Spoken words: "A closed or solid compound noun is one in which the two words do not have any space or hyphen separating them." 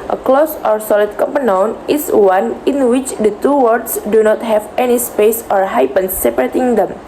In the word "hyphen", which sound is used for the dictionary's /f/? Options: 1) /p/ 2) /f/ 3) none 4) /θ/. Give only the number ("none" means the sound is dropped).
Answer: 1